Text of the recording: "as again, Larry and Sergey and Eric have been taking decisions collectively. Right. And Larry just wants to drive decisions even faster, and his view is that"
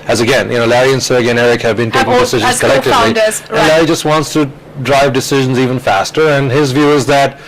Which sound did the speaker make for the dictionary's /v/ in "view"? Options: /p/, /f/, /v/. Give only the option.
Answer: /v/